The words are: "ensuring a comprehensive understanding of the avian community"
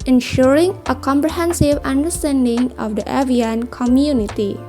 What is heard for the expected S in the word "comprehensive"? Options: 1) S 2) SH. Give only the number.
1